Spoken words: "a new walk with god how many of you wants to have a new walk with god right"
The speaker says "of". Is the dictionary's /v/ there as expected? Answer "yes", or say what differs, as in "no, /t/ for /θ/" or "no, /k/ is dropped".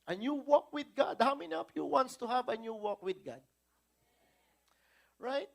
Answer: no, /p/ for /v/